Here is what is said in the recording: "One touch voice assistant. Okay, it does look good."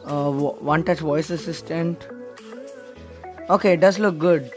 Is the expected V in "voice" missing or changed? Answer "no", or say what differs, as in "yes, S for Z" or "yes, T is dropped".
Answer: no